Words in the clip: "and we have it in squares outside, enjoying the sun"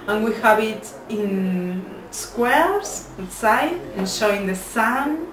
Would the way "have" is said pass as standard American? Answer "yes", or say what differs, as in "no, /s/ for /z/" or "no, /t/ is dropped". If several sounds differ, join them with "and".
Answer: no, /b/ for /v/